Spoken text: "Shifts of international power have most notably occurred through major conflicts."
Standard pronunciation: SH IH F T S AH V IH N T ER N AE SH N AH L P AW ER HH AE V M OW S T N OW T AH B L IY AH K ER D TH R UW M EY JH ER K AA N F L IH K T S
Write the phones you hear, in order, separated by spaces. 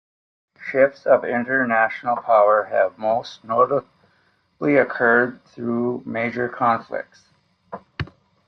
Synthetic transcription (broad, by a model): SH IH F T S AH V IH N T ER N AE SH N L P AW ER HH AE V M OW S T N OW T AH L IY AH K ER D TH R UW M EY JH ER K AA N F L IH K T S